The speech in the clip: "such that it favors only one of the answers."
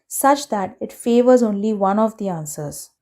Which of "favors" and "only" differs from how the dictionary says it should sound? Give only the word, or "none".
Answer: none